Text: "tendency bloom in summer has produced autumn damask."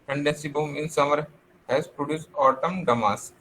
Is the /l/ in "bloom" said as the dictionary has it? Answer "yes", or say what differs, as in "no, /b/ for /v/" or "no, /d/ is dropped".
no, /l/ is dropped